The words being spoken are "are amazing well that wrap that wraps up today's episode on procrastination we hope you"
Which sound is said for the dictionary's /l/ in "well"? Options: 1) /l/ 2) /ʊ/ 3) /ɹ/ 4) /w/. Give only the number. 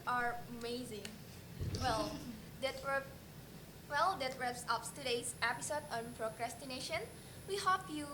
1